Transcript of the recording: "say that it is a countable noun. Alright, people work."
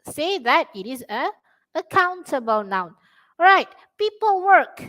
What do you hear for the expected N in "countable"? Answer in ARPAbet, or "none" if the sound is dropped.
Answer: N